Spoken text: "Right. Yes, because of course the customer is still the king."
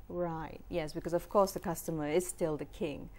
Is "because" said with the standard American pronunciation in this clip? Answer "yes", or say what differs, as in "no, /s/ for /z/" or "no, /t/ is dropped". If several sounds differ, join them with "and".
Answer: yes